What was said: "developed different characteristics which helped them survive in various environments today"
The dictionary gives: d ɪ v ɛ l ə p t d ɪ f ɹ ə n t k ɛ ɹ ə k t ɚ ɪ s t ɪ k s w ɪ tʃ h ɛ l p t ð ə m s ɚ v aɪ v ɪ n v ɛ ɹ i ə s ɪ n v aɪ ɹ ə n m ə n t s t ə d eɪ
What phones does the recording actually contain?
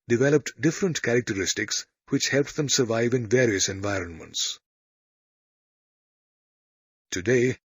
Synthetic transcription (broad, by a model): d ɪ v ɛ l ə p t d ɪ f ɹ ə n t k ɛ ɹ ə k t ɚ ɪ s t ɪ k s w ɪ tʃ h ɛ l p t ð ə m s ɚ v aɪ v ɪ n v ɛ ɹ i ə s ɪ n v aɪ ɹ ə n m ə n t s t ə d eɪ